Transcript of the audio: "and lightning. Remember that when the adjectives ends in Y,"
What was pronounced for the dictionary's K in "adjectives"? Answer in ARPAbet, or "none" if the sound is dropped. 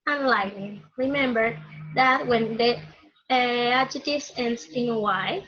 none